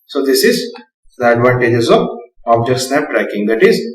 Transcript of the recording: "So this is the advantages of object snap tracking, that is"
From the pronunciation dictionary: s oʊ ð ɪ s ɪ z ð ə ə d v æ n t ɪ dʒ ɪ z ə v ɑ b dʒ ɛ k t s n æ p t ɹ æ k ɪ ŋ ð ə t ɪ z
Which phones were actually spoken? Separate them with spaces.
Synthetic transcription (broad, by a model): s oʊ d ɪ s ɪ z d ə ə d v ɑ n t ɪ dʒ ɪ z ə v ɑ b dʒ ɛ t s n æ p t ɹ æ k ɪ ŋ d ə t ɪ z